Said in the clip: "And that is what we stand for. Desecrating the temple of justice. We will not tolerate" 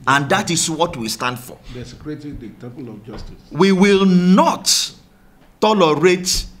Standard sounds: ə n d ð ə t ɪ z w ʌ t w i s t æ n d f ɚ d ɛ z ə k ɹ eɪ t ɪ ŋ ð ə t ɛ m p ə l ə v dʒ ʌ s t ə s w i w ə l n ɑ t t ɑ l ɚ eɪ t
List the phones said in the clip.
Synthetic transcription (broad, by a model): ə n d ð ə t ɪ s w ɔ t w i s t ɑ n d f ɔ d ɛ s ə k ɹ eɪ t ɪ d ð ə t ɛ p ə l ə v dʒ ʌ s t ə s w i w ə l n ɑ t t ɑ l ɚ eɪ t